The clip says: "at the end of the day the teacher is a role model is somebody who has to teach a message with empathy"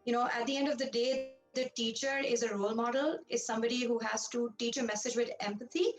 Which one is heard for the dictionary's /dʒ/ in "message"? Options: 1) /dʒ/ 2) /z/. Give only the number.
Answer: 1